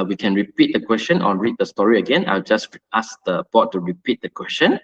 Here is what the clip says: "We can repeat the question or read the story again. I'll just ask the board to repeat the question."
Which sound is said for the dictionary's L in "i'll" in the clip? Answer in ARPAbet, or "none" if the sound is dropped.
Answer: L